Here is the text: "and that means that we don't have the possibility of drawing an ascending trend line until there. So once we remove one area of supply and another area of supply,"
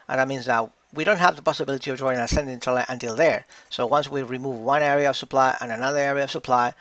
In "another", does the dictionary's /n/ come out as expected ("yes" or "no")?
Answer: yes